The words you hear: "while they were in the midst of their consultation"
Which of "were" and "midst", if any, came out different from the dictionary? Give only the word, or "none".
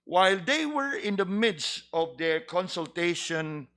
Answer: none